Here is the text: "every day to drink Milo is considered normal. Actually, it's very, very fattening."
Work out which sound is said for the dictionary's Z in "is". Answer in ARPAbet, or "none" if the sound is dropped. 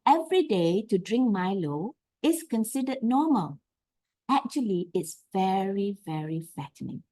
S